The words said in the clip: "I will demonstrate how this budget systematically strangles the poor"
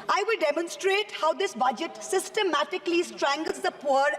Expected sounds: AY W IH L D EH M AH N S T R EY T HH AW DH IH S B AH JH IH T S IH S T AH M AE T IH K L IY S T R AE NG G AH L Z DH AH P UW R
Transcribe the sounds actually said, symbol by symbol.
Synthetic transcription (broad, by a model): AY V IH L D EH M AH N S T R EY T HH AW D IH S B AH JH IH T S IH S T AH M AE T IH K L IY S T R AE NG G AH L Z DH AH P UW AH